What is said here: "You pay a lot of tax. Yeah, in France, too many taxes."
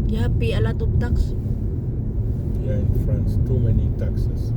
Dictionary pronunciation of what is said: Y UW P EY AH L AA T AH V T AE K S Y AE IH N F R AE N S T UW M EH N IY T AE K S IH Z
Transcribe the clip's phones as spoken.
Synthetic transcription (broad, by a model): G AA P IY AH L AA T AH B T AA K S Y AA IH N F R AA N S T UW M EH N IY T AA K S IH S